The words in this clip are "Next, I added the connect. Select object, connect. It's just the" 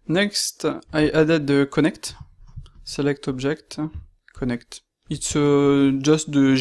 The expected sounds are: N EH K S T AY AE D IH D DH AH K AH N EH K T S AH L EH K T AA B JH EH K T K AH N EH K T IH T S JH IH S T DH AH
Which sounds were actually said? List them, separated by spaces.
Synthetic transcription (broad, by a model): N EH K S T AY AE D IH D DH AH K AH N EH K T S AH L EH K T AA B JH EH K T K AH N EH K T IH T S JH IH S T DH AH